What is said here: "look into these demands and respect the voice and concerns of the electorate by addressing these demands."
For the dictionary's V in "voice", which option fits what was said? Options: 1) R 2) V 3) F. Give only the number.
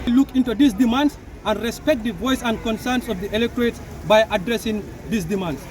2